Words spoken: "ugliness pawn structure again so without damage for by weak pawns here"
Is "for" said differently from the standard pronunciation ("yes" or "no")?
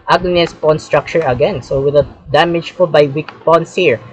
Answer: yes